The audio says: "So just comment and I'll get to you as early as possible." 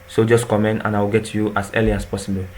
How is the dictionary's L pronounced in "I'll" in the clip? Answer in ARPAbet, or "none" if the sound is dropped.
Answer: W